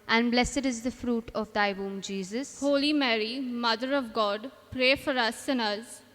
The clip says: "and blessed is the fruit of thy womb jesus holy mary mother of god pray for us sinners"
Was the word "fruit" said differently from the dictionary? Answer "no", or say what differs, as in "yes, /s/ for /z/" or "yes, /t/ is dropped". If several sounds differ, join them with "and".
no